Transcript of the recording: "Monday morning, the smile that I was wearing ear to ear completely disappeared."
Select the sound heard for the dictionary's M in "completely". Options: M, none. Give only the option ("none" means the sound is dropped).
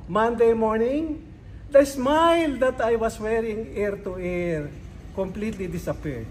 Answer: M